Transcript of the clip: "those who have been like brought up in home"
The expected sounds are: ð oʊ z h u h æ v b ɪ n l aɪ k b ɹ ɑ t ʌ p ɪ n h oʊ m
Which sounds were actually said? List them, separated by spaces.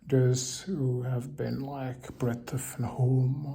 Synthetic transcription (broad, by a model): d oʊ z h h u v b ɪ n l aɪ k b ɹ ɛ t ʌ f ɪ n h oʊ m